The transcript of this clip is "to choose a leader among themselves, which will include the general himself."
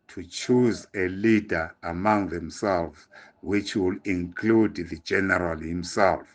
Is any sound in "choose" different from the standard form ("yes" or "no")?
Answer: no